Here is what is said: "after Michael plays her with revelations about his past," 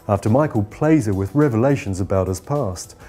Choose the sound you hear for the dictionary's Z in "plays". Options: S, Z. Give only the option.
Z